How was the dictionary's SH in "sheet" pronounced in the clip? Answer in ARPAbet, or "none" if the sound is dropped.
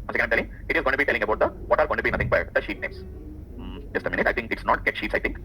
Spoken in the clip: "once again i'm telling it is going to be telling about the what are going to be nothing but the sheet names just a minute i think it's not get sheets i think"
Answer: SH